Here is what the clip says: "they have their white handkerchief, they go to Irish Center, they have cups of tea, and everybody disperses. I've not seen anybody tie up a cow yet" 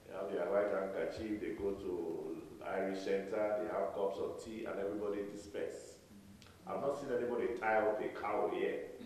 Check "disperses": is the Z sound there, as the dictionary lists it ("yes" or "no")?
no